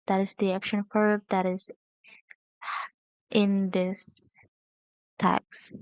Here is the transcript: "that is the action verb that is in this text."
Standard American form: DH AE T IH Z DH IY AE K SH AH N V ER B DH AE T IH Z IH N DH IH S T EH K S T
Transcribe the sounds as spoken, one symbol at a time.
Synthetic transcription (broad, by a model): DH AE T IH Z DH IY AE K SH AH N F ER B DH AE T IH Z IH N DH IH S T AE K S